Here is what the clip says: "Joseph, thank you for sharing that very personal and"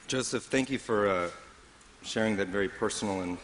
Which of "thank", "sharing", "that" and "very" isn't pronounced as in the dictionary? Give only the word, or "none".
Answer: none